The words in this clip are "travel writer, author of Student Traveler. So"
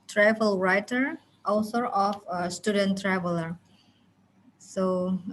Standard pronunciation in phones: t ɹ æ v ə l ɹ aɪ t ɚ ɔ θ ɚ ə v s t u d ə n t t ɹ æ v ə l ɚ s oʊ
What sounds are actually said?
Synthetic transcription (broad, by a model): t ɹ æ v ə l ɹ aɪ t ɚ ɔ s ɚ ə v s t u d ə n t t ɹ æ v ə l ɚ s oʊ